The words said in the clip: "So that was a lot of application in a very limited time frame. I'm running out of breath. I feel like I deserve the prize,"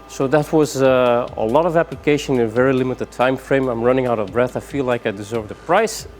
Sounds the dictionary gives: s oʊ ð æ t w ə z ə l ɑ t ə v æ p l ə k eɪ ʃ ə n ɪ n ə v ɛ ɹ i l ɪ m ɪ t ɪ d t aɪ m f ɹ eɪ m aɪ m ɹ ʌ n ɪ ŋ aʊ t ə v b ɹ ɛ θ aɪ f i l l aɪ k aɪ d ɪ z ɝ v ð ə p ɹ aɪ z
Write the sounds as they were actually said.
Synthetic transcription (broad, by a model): s oʊ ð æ t w ə z ə l ɑ t ə v æ p l ə k eɪ ʃ ə n ɪ n ə v ɛ ɹ i l ɪ m ɪ t ɪ d t aɪ m f ɹ eɪ m aɪ m ɹ ʌ n ɪ ŋ aʊ t ə v b ɹ ɛ θ aɪ f i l l aɪ k aɪ d ɪ z ɝ v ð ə p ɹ aɪ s